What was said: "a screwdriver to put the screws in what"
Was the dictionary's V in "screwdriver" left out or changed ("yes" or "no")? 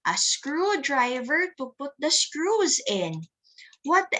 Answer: no